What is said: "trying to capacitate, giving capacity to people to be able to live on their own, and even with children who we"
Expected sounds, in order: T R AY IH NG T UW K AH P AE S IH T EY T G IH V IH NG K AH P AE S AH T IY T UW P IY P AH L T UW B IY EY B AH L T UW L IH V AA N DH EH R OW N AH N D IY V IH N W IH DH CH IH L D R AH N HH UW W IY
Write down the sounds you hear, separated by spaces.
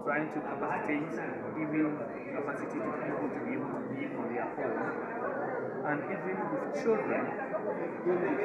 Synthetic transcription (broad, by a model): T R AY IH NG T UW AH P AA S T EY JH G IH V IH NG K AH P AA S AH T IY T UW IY B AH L T UW B IY EY B AH L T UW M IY AA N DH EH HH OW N AH N D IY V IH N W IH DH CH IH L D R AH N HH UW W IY